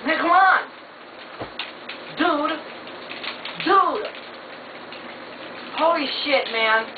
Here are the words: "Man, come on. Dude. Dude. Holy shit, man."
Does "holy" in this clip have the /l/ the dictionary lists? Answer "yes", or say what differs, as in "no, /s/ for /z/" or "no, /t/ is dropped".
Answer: no, /l/ is dropped